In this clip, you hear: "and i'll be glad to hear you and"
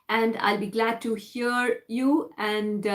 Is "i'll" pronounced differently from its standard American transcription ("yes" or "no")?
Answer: no